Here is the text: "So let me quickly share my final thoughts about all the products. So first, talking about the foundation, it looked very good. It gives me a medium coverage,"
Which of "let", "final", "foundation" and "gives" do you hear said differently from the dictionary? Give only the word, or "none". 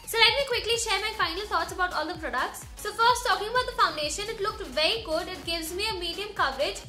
none